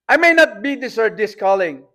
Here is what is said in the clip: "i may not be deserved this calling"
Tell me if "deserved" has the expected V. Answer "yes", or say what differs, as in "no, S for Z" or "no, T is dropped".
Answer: no, V is dropped